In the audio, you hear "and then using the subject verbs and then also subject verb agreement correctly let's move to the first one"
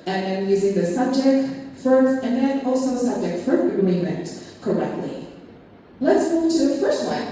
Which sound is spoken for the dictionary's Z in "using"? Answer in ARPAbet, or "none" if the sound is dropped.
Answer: Z